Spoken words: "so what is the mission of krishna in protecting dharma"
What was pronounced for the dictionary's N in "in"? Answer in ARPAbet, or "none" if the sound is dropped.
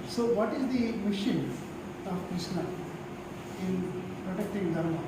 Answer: N